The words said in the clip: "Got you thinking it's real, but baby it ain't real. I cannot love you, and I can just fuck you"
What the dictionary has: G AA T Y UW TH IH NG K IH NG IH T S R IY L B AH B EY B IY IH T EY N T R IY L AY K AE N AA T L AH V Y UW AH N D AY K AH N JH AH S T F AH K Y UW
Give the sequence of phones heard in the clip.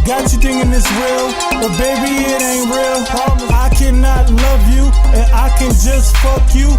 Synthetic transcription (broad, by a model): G AA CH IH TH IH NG IH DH IH S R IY L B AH B EY B IY IH T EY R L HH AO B AY K AE N AA T L AH V Y UW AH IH K AH N JH AH S T F AH K Y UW